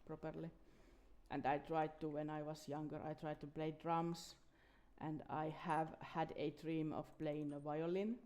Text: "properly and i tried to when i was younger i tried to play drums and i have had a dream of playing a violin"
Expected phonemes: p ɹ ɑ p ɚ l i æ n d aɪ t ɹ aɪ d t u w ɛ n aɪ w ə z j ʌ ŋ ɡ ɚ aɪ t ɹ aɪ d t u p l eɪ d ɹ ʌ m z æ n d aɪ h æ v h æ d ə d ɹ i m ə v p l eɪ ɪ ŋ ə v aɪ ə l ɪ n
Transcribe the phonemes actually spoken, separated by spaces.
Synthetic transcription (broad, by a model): p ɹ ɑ p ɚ l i æ n d aɪ t ɹ aɪ d t u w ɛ n aɪ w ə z j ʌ ŋ ɡ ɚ aɪ t ɹ aɪ d t u p l eɪ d ɹ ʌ m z æ n d aɪ h æ v h æ d ə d ɹ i m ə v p l eɪ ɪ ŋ ə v aɪ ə l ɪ n